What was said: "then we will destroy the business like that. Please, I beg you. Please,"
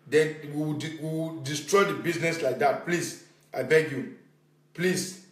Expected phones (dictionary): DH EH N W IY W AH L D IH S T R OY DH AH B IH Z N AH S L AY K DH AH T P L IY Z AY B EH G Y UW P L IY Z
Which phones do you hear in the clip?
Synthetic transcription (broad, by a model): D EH N W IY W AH W D IH S T R OY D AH B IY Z N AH S L AY K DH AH T P L IY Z AY B EH G Y UW P L IY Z